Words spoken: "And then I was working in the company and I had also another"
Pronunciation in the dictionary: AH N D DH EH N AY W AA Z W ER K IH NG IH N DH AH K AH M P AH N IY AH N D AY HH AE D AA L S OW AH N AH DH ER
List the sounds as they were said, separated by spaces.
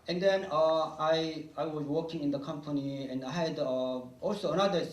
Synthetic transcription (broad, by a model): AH N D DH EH N AY W AA Z W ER K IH NG IH N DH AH K AH M P AH N IY AH N D AY HH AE D AA L S OW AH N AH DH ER